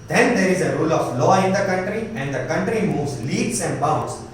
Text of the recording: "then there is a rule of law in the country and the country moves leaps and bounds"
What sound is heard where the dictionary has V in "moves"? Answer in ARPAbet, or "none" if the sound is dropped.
V